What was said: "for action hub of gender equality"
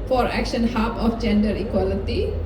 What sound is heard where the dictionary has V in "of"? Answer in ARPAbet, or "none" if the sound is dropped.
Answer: F